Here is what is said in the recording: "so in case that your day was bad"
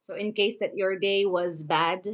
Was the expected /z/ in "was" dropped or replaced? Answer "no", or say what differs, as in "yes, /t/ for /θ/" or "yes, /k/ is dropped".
no